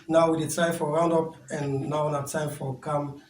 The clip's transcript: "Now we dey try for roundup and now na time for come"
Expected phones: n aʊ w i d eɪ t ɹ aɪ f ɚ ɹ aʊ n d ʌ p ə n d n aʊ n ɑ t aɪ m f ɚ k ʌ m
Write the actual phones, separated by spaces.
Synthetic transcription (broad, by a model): n aʊ w i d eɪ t aɪ f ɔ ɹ aʊ n d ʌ p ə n n aʊ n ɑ t aɪ m f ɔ k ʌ m